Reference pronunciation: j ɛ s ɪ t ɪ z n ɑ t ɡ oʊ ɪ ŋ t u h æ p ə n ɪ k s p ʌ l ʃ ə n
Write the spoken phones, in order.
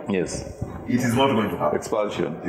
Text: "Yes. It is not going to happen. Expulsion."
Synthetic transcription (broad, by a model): j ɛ s ɪ t ɪ z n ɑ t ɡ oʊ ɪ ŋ t u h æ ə ɪ k s p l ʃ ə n